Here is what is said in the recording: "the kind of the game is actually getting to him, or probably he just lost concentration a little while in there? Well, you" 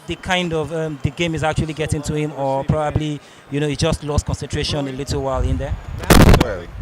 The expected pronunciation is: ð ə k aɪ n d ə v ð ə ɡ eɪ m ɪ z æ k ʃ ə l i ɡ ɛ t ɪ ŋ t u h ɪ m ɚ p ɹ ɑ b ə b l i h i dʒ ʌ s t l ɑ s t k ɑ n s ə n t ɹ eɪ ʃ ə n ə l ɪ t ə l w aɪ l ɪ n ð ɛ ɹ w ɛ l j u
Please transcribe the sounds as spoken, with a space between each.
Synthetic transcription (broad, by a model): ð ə k aɪ n d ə v ð ə ɡ eɪ m ɪ z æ k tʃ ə l i ɡ ɛ t ɪ ŋ t u h ɪ m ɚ p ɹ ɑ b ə b l i h i dʒ ʌ s t l ɑ s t k ɑ n s ə n t ɹ eɪ ʃ ə n ə l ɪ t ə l w aɪ l ɪ n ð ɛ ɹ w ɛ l